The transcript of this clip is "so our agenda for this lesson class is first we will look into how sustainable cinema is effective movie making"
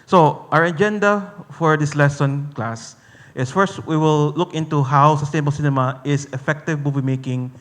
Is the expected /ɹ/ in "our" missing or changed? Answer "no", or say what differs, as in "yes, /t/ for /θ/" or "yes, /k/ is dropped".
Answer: no